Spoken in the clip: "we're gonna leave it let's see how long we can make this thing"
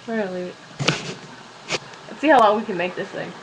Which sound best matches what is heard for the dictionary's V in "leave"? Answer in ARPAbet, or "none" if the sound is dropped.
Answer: none